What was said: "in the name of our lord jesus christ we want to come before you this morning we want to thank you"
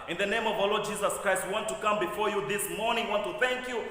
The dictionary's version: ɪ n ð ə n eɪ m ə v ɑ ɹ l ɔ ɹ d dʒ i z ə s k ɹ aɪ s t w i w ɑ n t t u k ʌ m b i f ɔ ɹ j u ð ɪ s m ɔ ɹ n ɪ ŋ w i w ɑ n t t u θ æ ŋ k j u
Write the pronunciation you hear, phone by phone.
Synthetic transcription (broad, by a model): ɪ n ð ə n eɪ m ə v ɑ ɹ l ɔ ɹ d dʒ i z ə s k ɹ aɪ s t w i w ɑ n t t u k ʌ m b i f ɔ ɹ j u ð ɪ s m ɔ ɹ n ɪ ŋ w i w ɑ n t t u θ æ ŋ k j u